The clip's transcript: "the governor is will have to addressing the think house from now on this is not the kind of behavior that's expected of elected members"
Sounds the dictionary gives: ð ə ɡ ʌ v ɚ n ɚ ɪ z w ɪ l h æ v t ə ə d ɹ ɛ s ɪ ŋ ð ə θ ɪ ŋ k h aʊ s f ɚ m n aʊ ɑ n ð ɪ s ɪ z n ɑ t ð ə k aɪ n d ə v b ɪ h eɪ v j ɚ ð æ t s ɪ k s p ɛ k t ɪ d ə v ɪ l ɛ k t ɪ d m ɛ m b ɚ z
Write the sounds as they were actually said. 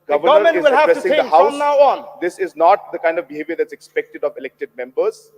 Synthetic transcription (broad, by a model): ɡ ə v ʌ ɚ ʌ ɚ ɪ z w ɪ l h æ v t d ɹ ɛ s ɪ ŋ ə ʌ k h aʊ s n aʊ ɑ n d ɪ s ɪ z n ɑ t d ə k aɪ n d ə v b ɪ h eɪ v j ɚ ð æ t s ɪ k s p ɛ k t ɪ d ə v ɪ l ɛ k t ɪ d m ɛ m b ɚ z